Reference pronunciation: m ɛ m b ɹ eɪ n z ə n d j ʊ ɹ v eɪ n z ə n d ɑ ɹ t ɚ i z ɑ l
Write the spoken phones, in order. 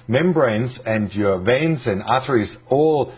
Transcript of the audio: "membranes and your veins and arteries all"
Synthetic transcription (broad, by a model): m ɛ m b ɹ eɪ n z ə n d j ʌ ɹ v eɪ n z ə n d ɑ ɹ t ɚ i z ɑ l